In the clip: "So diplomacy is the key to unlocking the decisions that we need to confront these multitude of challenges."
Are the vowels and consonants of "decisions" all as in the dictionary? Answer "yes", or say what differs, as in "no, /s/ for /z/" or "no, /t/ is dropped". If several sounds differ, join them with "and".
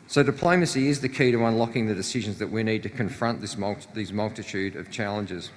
yes